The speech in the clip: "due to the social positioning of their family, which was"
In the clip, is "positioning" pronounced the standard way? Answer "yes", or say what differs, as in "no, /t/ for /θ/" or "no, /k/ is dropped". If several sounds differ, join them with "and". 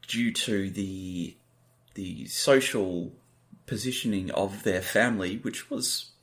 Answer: yes